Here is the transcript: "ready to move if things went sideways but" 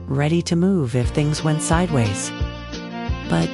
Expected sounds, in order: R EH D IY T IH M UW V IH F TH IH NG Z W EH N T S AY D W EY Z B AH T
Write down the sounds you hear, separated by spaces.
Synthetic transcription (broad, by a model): R EH D IY T IH M UW V IH F TH IH NG Z W EH N T S AY D W EY Z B AH T